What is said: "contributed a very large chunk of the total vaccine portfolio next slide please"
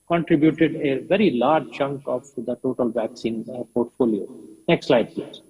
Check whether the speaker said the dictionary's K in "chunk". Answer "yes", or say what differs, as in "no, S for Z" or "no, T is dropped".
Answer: yes